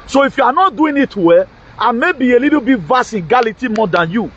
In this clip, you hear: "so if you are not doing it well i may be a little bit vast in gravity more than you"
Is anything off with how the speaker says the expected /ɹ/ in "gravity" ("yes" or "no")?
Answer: yes